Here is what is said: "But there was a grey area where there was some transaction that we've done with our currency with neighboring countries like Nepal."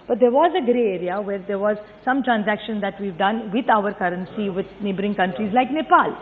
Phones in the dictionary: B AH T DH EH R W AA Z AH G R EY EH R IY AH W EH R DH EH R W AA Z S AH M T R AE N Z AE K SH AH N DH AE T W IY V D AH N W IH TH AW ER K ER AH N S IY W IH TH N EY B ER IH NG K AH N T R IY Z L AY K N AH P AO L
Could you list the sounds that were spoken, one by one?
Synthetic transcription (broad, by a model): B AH T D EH R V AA Z AH G R EY EH R IY AH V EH R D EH R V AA Z S AH M T R AE N Z AE K SH AH N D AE T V IY V D AH N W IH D AW ER K ER AH N S IY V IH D N EY B ER IH NG K AH N T R IY Z L AY K N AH P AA L